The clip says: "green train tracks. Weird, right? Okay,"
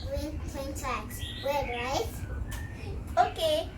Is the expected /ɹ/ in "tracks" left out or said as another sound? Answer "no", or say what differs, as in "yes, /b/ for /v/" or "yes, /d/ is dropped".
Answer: yes, /ɹ/ is dropped